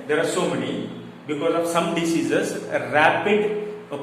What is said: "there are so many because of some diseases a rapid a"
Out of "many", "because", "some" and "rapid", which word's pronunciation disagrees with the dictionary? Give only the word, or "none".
none